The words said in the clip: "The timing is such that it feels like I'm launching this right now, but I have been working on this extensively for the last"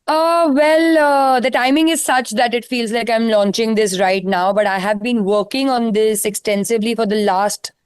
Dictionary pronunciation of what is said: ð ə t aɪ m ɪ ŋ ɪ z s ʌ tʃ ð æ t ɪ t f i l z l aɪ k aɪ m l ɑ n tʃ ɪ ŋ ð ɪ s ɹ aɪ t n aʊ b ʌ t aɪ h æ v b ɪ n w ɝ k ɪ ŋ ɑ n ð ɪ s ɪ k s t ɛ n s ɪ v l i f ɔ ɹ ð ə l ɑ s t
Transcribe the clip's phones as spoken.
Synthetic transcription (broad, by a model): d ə t aɪ m ɪ ŋ ɪ z s ʌ tʃ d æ t ɪ t f i l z l aɪ k aɪ m l ɑ n tʃ ɪ ŋ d ɪ s ɹ aɪ t n aʊ b ʌ t aɪ h æ v b ɪ n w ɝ k ɪ ŋ ɑ n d ɪ s ɪ k s t ɛ n s ɪ v l i f ɔ ɹ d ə l ɑ s t